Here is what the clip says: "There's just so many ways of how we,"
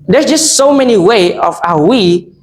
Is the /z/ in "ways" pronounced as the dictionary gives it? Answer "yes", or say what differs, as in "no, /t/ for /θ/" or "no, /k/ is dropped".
no, /z/ is dropped